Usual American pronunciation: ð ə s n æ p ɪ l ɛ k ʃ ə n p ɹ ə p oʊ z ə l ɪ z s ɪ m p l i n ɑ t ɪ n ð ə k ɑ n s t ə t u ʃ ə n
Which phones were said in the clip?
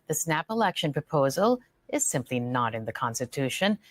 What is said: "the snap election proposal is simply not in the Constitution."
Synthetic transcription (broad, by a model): ð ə s n æ p ɪ l ɛ k ʃ ə n p ɹ ə p oʊ z ə l ɪ z s ɪ m p l i n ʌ t ɪ n ð ə k ɑ n s t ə t u ʃ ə n